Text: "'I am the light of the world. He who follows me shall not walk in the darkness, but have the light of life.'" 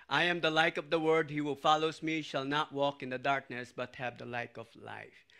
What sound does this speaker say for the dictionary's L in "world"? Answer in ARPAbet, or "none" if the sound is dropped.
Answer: none